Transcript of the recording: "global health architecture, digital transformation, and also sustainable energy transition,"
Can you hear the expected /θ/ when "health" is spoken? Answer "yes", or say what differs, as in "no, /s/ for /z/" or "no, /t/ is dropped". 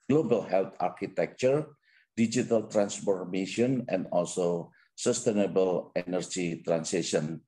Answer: no, /t/ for /θ/